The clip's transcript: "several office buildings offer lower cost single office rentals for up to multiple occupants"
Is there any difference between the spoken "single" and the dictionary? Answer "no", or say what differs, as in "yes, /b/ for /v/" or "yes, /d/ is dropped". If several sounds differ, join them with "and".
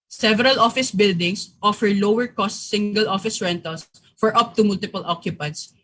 no